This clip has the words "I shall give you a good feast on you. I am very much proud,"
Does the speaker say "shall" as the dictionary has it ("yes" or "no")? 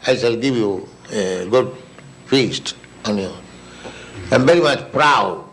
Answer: no